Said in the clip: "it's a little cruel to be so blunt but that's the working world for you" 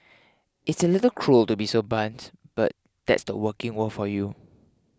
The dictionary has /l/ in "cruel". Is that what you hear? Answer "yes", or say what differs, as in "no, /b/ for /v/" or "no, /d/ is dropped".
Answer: yes